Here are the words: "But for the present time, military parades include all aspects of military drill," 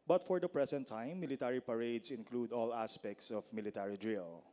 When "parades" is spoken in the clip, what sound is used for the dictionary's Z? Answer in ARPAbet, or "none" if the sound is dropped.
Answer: S